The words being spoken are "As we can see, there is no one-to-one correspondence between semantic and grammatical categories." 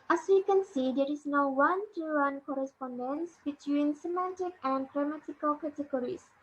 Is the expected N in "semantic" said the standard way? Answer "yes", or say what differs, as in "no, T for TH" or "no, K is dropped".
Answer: yes